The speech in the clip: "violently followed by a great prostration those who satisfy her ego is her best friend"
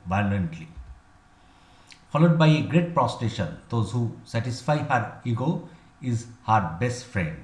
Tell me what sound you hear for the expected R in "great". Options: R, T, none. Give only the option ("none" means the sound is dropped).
R